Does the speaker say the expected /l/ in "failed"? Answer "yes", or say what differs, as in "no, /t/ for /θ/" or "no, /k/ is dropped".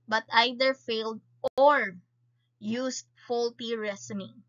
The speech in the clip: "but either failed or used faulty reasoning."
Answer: yes